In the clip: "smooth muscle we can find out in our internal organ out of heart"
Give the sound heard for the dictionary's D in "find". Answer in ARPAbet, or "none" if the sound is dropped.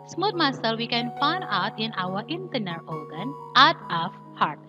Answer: none